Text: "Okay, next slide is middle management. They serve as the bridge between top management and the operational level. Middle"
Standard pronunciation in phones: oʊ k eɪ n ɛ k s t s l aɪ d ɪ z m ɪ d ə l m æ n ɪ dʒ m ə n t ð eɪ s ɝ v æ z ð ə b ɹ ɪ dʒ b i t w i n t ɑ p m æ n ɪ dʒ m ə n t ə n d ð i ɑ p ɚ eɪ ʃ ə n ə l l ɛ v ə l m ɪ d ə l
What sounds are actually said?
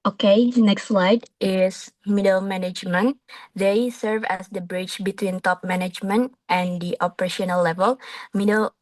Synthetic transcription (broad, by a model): oʊ k eɪ n ɛ k s t s l aɪ d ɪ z m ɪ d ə l m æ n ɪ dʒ m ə n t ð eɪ s ɝ v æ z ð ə b ɹ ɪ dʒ b i t w i n t ɑ p m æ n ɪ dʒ m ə n t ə n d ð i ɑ p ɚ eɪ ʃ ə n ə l l ɛ v ə l m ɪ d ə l